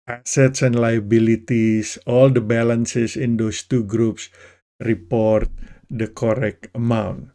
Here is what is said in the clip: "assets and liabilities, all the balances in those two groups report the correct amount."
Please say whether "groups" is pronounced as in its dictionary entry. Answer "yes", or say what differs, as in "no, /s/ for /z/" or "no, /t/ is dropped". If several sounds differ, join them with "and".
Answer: yes